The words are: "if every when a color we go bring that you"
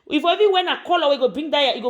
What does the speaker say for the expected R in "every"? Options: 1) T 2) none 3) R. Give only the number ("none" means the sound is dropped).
2